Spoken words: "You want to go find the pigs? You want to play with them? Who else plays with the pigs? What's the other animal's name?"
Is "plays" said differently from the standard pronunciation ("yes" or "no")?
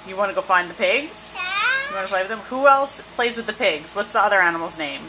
no